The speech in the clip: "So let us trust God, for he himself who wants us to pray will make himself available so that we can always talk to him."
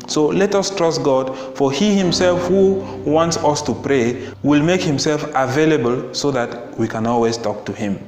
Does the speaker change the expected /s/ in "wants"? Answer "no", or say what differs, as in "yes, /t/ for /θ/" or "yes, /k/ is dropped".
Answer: no